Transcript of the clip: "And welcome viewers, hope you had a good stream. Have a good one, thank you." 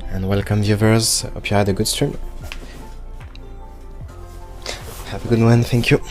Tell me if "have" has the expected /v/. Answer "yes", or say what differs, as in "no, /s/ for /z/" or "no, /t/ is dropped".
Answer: no, /p/ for /v/